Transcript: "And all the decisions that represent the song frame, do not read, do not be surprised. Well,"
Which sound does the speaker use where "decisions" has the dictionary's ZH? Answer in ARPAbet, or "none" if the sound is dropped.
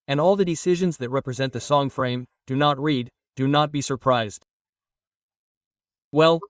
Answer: ZH